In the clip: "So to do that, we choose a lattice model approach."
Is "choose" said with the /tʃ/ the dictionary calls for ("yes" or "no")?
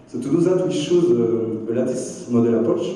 no